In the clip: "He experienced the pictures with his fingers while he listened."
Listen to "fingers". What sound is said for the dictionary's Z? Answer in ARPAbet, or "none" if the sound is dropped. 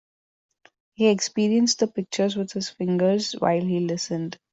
Z